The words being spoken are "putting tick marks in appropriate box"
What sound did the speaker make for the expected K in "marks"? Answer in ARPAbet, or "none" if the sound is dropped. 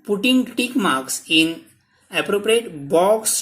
K